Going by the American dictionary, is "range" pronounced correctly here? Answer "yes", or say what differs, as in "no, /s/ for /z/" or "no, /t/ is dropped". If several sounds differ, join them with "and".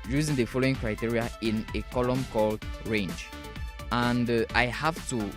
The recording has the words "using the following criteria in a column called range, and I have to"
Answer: yes